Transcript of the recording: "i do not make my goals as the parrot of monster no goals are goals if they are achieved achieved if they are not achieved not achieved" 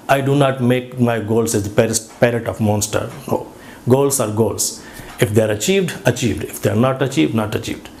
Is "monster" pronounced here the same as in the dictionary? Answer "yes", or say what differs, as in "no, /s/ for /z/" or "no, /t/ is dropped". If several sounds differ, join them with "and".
yes